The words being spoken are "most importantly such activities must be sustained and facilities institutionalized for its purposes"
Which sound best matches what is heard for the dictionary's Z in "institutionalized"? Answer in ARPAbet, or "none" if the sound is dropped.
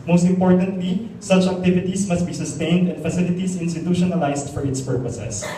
S